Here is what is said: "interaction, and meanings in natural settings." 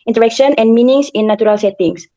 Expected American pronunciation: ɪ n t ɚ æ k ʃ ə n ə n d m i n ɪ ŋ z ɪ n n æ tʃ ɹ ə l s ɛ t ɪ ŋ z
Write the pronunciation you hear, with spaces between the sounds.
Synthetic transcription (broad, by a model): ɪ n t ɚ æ k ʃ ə n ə n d m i n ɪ ŋ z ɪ n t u ɹ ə l s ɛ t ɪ ŋ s